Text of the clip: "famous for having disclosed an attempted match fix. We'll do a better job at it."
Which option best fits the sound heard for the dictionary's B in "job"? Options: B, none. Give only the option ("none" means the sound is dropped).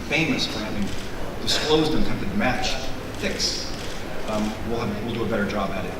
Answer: B